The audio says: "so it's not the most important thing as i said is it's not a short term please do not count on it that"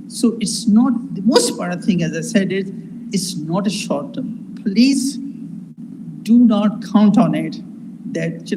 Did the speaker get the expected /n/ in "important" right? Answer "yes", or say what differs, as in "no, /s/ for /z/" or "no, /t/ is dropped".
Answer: no, /n/ is dropped